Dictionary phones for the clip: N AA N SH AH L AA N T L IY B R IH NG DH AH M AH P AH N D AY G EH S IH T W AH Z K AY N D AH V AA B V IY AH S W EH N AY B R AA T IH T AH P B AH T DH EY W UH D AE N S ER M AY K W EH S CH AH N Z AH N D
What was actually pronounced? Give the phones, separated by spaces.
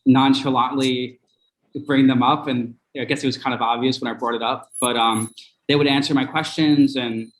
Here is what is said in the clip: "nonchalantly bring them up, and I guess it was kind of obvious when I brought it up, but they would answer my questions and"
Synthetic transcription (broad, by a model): N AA N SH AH L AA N L IY B R IH NG DH AH M AH P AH N AY G EH S IH T W AH Z K AY N D AH V AA B V IY AH S W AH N AY B R AA T IH T AH P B AH T DH EY W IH D AE N S ER M AY K W EH S CH AH N Z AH N